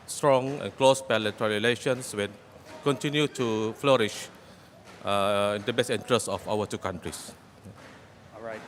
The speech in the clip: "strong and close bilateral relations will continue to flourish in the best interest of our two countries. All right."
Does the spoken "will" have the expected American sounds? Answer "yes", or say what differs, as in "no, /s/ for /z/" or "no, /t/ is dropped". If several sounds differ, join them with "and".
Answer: no, /n/ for /l/